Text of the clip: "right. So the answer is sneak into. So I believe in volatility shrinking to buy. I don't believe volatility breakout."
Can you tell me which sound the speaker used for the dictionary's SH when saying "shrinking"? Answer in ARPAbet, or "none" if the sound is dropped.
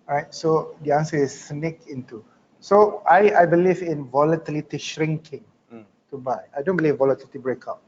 SH